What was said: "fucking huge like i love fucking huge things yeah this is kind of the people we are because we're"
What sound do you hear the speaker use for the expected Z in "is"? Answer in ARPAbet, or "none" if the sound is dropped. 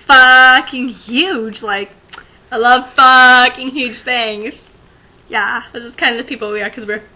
S